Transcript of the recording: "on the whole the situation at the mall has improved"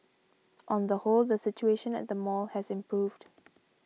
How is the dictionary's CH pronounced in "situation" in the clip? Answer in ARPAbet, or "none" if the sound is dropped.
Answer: CH